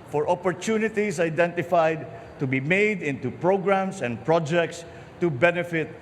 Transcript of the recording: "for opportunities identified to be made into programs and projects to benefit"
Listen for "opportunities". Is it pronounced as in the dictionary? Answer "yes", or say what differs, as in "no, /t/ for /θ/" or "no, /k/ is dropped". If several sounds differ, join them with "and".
no, /s/ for /z/